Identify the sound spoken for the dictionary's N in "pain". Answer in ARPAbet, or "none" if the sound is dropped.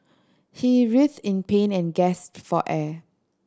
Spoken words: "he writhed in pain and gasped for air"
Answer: N